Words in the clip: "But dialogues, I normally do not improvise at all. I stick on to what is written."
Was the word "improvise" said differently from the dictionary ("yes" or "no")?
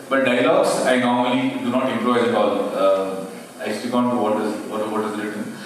yes